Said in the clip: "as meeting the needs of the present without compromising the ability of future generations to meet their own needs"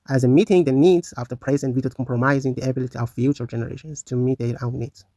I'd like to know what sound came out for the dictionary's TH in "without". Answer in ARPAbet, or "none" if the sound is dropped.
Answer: T